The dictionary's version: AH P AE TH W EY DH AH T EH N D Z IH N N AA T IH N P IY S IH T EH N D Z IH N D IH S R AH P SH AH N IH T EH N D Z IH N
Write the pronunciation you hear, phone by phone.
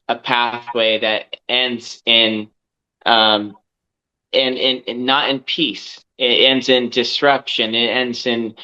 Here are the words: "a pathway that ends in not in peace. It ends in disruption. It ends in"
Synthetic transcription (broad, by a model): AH P AE TH W EY DH AH T EH N D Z IH N N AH T IH N P IY S IH T EH N D Z IH N D IH S R AH P SH AH N IH T EH N D Z IH N